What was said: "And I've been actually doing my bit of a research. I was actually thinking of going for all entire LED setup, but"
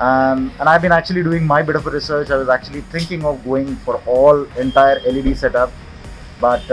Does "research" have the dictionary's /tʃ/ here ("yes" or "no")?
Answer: yes